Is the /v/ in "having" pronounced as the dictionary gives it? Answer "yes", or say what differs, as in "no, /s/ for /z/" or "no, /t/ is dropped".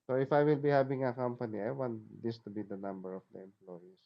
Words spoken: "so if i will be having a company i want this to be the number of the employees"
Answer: no, /b/ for /v/